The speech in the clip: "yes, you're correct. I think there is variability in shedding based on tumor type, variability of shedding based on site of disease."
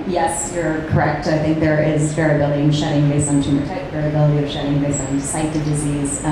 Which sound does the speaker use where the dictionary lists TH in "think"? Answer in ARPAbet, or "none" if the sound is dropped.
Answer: TH